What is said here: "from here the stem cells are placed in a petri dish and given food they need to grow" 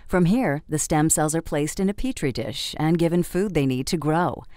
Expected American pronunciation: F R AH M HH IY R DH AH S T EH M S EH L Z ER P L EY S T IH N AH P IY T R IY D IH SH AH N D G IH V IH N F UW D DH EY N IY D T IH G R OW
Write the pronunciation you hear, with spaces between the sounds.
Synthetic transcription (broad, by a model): F R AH M HH IY R DH AH S T EH M S EH L Z ER P L EY S T IH N AH P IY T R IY D IH SH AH N G IH V IH N F UW D DH EY N IY D T IH G R OW